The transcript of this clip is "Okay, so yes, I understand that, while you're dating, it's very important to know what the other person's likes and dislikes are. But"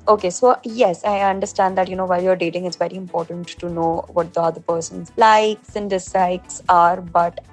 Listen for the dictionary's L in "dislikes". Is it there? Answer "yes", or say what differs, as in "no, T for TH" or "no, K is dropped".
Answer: no, L is dropped